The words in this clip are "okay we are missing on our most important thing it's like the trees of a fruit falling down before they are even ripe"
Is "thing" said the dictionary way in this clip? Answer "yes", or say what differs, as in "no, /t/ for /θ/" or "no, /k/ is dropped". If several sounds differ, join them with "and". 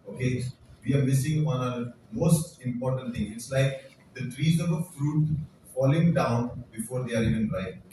no, /t/ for /θ/